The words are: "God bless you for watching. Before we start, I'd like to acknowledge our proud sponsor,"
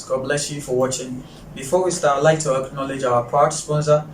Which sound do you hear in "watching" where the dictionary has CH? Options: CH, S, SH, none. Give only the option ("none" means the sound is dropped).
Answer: CH